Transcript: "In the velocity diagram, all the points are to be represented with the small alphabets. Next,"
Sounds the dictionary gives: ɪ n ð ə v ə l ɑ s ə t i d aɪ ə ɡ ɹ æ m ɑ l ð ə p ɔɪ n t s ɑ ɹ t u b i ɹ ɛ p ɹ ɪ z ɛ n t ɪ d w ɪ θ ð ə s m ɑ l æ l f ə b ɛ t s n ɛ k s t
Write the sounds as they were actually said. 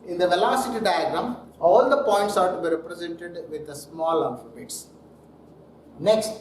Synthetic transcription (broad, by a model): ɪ n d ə v ə l ɑ s ə t i d aɪ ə ɡ ɹ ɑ m ɑ l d ə p ɔɪ n t s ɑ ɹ t u b i ɹ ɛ p ɹ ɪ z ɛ n t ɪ d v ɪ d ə s m ɑ l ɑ f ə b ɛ t s n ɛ k s t